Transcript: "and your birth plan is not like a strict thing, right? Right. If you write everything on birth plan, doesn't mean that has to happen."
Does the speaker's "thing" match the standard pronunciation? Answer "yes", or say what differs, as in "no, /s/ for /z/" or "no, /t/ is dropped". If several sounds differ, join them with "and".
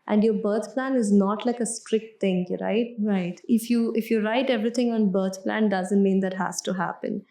no, /t/ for /θ/